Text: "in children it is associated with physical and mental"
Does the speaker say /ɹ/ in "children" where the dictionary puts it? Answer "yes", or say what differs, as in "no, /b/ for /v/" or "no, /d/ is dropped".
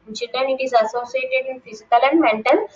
no, /ɹ/ is dropped